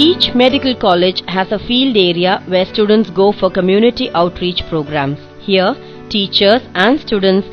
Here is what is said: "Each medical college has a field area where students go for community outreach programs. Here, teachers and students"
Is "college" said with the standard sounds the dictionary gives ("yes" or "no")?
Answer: yes